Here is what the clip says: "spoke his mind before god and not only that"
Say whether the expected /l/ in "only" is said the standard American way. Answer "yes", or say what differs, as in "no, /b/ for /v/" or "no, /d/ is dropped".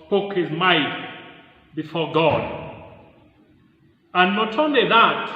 yes